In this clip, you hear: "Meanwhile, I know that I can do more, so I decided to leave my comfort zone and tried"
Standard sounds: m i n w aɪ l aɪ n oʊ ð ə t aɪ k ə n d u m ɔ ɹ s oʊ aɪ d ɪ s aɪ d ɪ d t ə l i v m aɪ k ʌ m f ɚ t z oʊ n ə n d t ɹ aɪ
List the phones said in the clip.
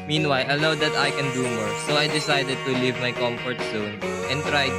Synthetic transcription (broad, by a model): m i n w aɪ l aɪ l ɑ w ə t aɪ k ə n d u m ɔ ɹ s oʊ aɪ d ɪ s aɪ d ɪ d t ə l i v m aɪ k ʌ m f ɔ t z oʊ n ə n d t ɹ aɪ